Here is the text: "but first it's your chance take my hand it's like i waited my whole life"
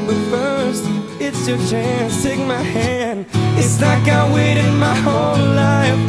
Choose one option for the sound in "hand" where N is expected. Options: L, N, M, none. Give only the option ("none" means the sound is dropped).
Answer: N